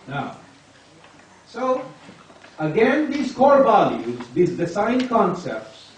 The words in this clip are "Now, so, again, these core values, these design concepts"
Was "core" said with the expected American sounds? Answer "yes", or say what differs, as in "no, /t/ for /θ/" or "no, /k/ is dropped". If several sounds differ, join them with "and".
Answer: yes